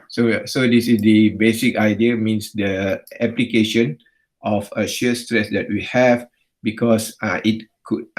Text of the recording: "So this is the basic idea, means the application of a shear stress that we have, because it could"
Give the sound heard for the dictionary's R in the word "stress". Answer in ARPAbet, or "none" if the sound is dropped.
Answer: R